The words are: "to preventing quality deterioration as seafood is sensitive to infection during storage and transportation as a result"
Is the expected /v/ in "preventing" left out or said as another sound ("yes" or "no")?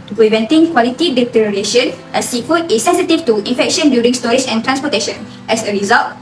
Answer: no